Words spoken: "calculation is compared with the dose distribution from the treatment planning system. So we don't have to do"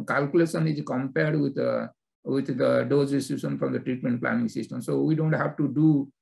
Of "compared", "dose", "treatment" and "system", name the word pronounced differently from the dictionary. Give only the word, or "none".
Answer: dose